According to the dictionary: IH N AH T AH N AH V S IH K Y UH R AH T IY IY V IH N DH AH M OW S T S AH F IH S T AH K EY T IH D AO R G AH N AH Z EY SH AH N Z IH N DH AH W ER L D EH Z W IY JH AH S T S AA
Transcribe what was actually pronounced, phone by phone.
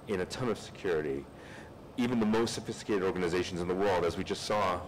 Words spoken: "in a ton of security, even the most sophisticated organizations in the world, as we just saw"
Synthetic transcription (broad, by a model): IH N AH T AH N AH V S IH K Y UH R AH T IY IY V IH N DH AH M OW S T S AH F IH S T AH K EY T IH D AO R G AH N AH Z EY SH N Z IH N DH AH W ER L D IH Z W IY JH AH S T S AA